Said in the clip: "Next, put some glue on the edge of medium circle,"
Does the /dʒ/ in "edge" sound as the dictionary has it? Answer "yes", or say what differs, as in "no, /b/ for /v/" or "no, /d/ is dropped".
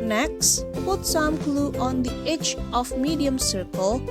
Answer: no, /tʃ/ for /dʒ/